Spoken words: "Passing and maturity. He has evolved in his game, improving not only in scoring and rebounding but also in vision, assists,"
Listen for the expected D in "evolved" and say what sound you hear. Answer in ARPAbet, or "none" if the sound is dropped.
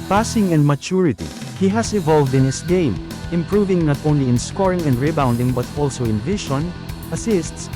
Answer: D